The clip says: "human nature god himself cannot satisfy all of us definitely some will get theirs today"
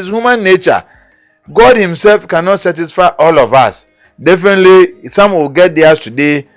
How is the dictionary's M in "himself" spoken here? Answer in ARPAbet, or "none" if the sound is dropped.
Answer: M